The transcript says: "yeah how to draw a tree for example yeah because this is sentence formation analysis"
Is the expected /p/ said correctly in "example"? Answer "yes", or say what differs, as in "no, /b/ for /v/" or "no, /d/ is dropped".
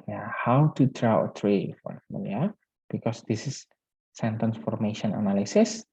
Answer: no, /p/ is dropped